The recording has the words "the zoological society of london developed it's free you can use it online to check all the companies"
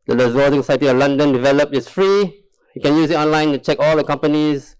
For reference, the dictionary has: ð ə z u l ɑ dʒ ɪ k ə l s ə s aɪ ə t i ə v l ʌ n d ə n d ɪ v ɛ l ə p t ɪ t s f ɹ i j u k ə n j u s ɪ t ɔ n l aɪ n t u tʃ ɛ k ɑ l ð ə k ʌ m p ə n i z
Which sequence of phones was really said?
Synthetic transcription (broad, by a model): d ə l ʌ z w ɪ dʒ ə s ə s aɪ ə t i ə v l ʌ n d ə n d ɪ v ɛ l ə p ɪ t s f ɹ i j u k ə n j u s ɪ t ɔ n l aɪ n t u tʃ ɛ k ɑ l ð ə k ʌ m p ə n i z